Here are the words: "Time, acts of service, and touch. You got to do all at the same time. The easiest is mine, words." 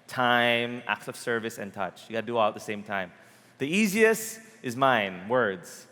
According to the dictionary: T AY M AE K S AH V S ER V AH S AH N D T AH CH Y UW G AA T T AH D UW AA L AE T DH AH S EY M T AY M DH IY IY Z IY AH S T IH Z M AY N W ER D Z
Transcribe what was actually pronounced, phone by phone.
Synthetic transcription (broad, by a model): T AY M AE K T AH V S ER V AH S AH N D T AH CH Y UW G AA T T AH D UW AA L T DH AH S EY M T AY M DH IY IY Z IY AH S T IH Z M AY N W ER D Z